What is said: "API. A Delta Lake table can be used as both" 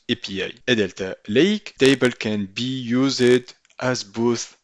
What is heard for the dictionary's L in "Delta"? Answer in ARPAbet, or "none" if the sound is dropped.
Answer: L